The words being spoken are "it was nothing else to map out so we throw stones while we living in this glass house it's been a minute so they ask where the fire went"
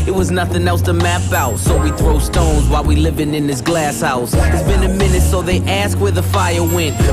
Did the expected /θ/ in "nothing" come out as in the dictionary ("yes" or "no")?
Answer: yes